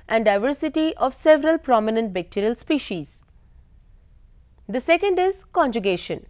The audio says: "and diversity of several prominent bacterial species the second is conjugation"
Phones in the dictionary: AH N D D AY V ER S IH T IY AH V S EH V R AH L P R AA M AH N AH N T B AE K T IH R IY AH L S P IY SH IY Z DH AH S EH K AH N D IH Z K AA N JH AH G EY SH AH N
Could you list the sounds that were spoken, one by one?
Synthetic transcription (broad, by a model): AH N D D AY V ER S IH T IY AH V S EH V R AH L P R AA M AH N AH N T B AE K T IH R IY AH L S P IY SH IY Z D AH S EH K AH N D IH Z K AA N JH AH G EY SH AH N